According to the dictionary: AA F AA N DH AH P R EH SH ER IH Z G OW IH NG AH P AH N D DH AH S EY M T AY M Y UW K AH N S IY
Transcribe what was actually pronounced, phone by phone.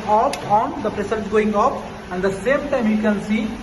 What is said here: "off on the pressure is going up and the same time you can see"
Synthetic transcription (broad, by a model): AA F AA N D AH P R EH S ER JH G OW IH NG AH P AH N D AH S EY M T AY M Y UW K AH N S IY